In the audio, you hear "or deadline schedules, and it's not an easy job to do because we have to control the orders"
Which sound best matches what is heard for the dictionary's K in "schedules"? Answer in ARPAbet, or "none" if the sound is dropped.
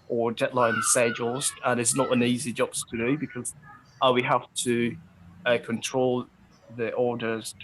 none